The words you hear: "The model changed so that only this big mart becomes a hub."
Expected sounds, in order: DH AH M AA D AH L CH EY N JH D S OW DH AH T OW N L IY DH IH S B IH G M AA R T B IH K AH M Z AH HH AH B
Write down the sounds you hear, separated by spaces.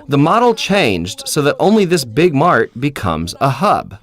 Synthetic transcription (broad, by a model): DH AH M AA D L CH EY N JH D S OW DH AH T OW N L IY DH IH S B IH G M AA R T B IH K AH M Z AH HH AH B